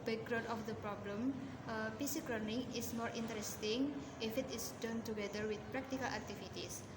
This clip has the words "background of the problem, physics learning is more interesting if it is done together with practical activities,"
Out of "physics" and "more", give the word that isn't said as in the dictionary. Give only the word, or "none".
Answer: physics